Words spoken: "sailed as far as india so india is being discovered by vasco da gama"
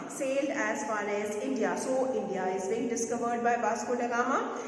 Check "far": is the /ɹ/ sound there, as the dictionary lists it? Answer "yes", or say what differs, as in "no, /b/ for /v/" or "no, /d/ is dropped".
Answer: no, /l/ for /ɹ/